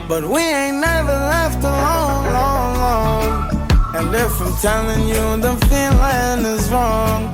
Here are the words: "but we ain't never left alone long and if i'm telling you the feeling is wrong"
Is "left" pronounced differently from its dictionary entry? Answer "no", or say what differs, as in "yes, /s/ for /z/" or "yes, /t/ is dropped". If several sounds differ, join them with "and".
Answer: no